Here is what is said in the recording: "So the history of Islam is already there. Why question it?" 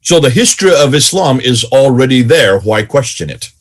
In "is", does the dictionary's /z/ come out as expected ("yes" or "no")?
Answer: yes